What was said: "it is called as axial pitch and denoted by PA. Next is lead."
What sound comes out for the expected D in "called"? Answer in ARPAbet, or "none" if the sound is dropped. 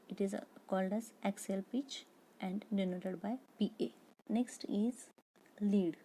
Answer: D